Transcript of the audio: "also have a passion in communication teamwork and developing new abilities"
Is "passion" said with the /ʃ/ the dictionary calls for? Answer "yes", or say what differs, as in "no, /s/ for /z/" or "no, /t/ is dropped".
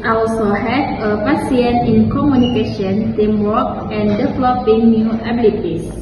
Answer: no, /s/ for /ʃ/